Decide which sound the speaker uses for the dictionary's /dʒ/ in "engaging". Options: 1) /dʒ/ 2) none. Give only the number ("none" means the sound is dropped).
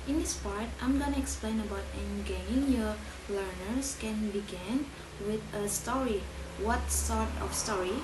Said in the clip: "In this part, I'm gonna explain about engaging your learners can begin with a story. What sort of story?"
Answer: 2